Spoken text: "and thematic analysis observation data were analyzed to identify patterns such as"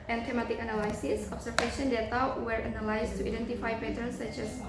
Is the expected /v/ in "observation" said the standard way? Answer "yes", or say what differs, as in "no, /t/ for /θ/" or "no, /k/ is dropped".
no, /f/ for /v/